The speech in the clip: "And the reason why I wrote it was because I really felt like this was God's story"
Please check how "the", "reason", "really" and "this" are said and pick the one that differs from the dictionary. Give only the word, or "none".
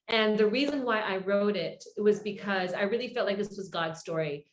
none